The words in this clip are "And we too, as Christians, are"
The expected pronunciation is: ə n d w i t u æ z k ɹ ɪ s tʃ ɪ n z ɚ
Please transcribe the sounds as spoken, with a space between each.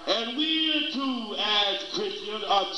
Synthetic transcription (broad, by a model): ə n w i t u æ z k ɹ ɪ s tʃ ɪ n ɚ